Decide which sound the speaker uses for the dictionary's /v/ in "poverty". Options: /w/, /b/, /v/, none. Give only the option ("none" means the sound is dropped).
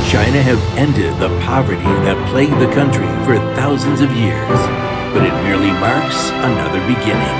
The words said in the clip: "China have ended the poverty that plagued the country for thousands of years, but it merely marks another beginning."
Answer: /v/